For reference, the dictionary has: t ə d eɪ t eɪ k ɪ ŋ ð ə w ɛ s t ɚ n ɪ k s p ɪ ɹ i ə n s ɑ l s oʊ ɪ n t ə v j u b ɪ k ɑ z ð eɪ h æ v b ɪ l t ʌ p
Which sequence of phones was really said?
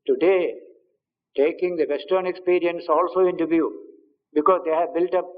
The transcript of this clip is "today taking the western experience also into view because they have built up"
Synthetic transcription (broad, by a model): t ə d eɪ t eɪ k ɪ ŋ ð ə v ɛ s t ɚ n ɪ k s p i ɹ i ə n s ɑ l s oʊ ɪ n t ə v j u b ɪ k ɑ z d eɪ h æ v b ɪ l t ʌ p